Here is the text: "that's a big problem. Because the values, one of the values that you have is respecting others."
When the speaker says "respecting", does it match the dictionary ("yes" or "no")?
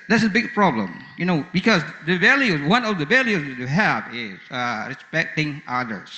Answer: no